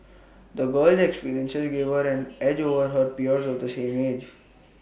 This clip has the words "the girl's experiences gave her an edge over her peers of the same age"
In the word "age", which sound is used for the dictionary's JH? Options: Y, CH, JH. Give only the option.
JH